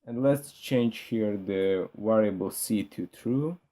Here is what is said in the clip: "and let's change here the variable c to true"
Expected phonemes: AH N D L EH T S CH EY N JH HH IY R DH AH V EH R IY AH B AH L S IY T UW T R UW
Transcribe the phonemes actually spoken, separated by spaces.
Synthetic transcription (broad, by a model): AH N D L EH T S CH EY N JH HH IY R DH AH W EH R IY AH B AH L S IY T UW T R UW